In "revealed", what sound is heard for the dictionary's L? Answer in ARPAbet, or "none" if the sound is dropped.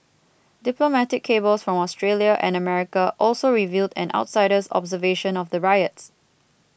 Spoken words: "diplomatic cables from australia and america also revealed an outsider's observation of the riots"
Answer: L